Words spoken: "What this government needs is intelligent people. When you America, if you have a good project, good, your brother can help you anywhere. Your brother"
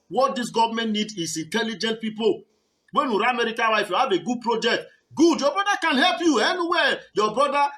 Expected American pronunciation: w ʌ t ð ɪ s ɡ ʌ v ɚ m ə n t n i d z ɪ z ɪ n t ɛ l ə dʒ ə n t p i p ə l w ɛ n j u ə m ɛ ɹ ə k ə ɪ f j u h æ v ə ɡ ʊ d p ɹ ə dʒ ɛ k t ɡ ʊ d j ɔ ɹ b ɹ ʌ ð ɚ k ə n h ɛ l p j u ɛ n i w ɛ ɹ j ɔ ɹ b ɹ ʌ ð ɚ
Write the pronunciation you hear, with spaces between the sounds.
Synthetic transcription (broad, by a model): w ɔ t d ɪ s ɡ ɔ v m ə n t n i d ɪ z ɪ n t ɛ l ə dʒ ə n t p i p ə l w ɛ n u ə m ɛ ɹ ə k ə ɪ f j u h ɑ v ə ɡ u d p ɹ ə dʒ ɛ k t ɡ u d j ɔ b ɹ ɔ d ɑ k ə n h ɛ l p j u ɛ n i w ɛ j ɔ b ɹ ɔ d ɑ